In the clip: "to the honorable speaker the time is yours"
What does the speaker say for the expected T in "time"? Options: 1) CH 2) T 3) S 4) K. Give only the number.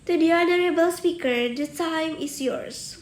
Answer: 3